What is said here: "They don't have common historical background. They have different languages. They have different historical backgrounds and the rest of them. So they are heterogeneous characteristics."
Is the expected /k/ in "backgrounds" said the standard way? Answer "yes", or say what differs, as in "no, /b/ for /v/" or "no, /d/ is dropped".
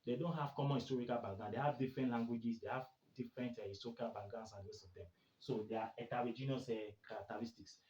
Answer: no, /k/ is dropped